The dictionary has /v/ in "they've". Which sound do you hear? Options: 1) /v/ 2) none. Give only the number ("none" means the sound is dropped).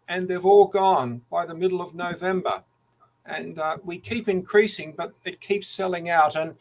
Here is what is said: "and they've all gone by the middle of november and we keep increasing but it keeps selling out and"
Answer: 1